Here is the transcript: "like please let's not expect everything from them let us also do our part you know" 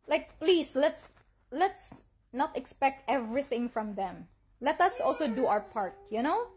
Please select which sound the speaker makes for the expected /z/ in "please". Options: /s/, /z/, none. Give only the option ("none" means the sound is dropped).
/s/